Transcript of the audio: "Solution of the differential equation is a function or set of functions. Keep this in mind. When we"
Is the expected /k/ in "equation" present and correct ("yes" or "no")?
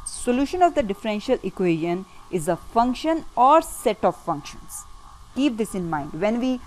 yes